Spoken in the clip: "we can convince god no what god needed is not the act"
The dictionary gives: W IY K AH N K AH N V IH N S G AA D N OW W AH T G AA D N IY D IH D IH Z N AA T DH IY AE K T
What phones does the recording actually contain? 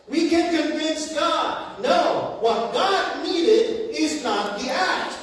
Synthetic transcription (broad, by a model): W IY K AH N K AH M V IH N S G AA D N OW W AH T G AA D N IY D IH D IH Z N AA T DH IY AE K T